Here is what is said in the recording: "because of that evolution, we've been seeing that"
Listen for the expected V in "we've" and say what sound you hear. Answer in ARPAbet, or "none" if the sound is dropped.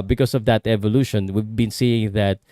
V